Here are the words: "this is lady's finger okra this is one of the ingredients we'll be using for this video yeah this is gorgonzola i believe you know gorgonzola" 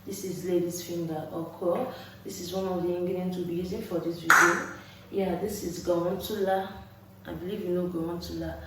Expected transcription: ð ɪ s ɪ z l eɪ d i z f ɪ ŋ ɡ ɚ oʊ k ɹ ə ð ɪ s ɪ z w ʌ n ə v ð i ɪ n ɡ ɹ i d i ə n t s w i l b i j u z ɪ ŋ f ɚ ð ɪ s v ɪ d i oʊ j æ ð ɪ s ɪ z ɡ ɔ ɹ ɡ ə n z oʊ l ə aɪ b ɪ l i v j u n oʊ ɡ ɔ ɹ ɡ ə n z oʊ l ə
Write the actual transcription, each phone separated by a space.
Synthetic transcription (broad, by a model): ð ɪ s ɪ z l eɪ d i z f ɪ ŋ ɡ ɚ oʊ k ə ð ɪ s ɪ z w ʌ n ə v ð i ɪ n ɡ i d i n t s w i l b i j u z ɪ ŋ f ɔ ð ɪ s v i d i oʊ j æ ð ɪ s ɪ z ɡ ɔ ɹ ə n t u l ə aɪ b ɪ l i v j u n oʊ ɡ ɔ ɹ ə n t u l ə